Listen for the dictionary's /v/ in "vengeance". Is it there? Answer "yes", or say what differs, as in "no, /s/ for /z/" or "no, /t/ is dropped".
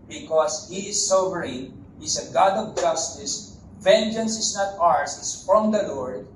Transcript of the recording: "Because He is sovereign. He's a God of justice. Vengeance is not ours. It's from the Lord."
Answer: yes